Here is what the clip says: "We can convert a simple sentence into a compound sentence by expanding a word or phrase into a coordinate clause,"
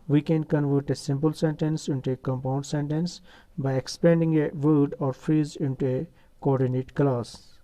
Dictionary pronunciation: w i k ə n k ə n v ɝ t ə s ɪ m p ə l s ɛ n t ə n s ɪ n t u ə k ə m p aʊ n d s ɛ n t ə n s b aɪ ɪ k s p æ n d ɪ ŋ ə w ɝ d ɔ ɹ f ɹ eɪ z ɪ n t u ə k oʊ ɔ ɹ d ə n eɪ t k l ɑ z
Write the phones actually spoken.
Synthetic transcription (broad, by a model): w i k ə n k ə n v ɝ t ə s ɪ m p ə l s ɛ n t ə n s ɪ n t u ə k ə m p aʊ n d s ɛ n t ə n s b aɪ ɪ k s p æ n d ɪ ŋ ə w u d ɔ ɹ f ɹ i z ɪ n t u ə k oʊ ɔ ɹ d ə n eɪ t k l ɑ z